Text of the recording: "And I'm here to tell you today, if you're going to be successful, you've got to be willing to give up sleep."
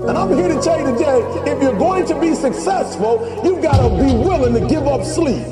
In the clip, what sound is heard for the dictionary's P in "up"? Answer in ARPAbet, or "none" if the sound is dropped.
P